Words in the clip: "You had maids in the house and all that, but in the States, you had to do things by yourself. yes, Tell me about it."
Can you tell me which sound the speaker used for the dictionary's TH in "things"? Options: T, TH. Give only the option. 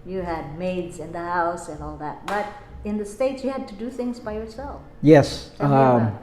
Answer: TH